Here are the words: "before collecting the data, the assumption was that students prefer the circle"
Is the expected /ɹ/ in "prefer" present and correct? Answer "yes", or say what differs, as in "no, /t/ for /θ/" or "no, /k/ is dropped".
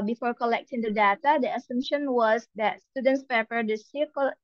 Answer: no, /ɹ/ is dropped